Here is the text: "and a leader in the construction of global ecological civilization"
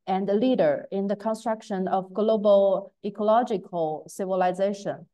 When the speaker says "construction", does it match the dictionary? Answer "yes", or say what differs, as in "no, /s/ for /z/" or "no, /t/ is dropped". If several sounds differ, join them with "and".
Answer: yes